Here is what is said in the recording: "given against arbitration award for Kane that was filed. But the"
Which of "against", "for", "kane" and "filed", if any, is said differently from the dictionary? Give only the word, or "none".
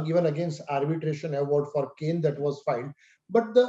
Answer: filed